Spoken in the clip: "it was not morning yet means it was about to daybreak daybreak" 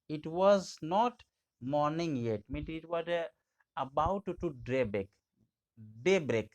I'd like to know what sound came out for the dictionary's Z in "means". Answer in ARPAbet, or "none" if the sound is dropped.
none